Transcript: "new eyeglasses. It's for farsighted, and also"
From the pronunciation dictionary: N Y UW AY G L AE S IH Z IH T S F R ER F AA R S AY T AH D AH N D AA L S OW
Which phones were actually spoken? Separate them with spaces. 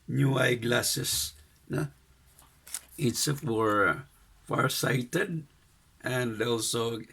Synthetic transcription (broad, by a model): N Y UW AY G L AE S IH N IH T S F W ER F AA R S AY T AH D AH N D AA L S OW